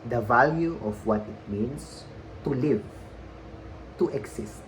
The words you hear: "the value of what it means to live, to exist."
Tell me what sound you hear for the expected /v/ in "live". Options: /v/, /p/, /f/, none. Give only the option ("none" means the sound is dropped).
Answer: /v/